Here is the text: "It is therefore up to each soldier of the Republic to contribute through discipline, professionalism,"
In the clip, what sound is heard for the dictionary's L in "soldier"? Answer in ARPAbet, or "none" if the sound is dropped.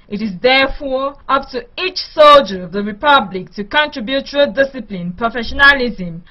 L